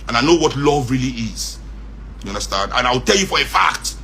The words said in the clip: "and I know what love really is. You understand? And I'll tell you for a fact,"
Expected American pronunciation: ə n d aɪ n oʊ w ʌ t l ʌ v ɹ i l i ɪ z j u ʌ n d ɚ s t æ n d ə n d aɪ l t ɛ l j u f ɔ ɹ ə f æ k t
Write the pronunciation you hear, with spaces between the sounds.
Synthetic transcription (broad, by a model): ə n aɪ n oʊ w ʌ t l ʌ v ɹ i l i ɪ z j u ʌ n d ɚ s t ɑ n d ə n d aɪ w t ɛ l j u f ɔ ɹ ə f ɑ k t